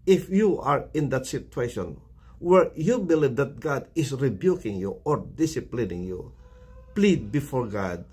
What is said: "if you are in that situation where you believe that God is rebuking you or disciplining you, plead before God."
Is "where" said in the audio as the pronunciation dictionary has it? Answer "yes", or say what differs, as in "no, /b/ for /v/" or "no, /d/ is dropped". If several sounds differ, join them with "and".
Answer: yes